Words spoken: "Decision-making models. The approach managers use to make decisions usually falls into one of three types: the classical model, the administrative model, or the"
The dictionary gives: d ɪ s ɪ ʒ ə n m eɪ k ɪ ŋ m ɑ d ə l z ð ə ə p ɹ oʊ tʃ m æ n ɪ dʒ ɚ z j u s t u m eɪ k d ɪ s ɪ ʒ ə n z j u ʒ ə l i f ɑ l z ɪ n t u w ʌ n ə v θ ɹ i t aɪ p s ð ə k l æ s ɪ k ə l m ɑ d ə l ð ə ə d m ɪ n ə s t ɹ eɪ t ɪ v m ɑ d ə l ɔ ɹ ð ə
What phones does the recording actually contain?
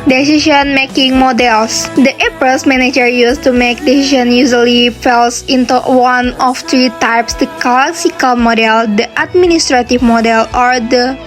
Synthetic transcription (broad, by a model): d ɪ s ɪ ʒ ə n m eɪ k ɪ ŋ m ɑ d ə l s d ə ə p oʊ s m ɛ n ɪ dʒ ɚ j u s t u m eɪ k d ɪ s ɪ ʃ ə n j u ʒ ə l i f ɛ l s ɪ n t u w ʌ n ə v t ɹ i t aɪ p s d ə k l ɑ s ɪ k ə l m ɑ d ə l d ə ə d m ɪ n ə s t ɹ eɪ t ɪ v m ɑ d ə l ɔ ɹ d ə